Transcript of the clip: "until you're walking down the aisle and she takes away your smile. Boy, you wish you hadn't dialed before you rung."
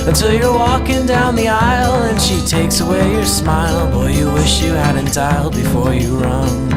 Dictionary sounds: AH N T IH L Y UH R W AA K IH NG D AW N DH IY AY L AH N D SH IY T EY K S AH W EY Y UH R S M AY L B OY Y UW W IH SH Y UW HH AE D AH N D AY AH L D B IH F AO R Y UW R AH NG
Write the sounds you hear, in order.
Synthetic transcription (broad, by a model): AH N T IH L Y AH R W AA K IH NG D AW N DH IY AY L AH N SH IY T EY K S AH W EY Y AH R S M AY L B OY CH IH W IH SH Y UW HH AE D AH N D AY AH L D B IH F AO R Y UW R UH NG